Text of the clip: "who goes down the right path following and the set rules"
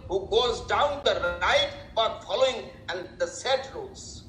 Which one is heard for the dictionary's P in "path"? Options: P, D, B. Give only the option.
B